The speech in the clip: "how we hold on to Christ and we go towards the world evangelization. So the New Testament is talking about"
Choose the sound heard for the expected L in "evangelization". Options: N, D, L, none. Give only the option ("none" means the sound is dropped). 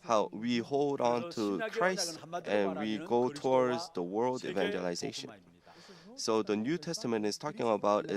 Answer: L